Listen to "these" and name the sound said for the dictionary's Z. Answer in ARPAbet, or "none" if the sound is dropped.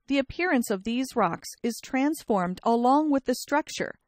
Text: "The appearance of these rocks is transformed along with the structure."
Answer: Z